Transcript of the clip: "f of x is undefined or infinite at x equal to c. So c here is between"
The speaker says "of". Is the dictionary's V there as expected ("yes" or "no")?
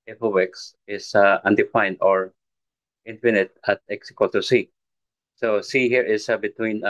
no